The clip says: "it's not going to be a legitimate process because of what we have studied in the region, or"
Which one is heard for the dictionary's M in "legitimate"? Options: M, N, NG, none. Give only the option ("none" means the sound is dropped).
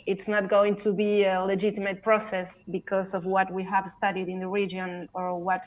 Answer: M